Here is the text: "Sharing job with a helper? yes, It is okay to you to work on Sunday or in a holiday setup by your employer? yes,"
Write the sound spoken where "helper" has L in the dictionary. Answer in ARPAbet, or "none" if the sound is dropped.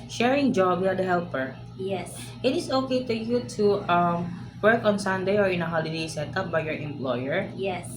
L